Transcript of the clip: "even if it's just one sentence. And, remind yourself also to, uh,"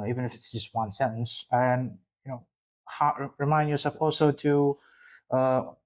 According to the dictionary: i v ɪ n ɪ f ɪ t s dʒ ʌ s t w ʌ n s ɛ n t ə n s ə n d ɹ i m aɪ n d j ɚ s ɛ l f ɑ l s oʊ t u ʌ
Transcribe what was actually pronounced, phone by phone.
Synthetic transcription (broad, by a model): i v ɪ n ɪ f ɪ t s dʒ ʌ s t w ʌ n s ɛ n s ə n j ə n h ɹ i m aɪ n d j ɚ s ɛ l f ɑ l s oʊ t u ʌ